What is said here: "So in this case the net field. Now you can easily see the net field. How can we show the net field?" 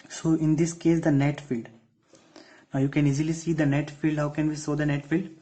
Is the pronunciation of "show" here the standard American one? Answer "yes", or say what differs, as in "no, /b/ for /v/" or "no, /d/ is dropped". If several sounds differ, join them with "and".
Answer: no, /s/ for /ʃ/